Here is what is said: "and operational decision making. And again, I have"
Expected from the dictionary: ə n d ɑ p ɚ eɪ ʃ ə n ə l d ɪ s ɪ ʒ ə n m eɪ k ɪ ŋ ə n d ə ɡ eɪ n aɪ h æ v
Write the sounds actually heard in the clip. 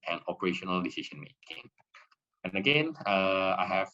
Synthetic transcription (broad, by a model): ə n ɑ p ɚ eɪ ʃ ə n ə l d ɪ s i ʃ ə n m eɪ k ɪ ŋ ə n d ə ɡ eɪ n aɪ h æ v